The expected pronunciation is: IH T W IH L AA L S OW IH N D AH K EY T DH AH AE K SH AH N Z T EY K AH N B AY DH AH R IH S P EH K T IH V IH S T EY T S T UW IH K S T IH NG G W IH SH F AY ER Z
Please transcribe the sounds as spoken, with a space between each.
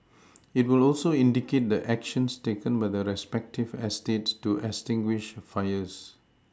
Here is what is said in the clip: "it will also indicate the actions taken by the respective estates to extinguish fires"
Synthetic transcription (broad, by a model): IH T W IH L AA L S OW IH N D AH K EY T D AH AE K SH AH N S T EY K AH N B AY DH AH R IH S P EH K T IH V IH S T EY T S T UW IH S T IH NG G W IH SH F AY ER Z